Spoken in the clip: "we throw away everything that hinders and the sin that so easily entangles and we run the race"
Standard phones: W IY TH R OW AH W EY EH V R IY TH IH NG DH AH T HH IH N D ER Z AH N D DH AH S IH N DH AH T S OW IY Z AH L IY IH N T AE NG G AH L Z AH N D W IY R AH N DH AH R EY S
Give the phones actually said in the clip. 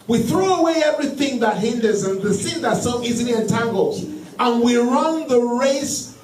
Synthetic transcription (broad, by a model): W IY TH R OW AH W EY EH V R IY TH IH NG DH AH T HH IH N D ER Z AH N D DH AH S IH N DH AH T S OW IY Z AH L IY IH N T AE NG G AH L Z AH N W IY R AH N DH AH R EY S